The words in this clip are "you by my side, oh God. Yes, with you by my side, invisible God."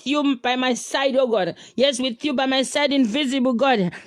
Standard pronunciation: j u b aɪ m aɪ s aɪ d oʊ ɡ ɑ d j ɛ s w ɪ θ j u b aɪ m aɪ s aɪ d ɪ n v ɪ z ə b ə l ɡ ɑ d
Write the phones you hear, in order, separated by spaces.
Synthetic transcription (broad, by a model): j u b aɪ m aɪ s aɪ d oʊ ɡ ɑ d j ɛ s w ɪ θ j u b aɪ m aɪ s aɪ d ɪ n v ɪ z ə b ə l ɡ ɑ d